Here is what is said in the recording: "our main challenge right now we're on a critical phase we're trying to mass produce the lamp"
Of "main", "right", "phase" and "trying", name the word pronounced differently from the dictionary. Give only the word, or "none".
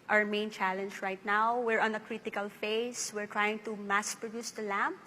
phase